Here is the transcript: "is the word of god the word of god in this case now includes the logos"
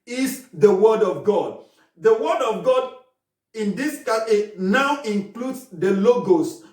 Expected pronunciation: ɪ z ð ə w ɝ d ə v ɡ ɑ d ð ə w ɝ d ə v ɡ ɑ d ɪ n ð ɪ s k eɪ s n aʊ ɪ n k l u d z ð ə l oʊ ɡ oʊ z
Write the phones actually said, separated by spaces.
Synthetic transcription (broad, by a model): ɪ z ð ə w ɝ d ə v ɡ ɑ d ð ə w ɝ d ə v ɡ ɑ d ɪ n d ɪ s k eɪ n aʊ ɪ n k l u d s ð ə l oʊ ɡ oʊ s